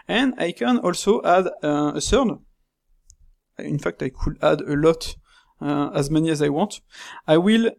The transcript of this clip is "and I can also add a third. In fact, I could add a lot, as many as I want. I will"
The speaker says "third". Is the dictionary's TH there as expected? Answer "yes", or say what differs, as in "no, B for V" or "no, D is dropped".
no, S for TH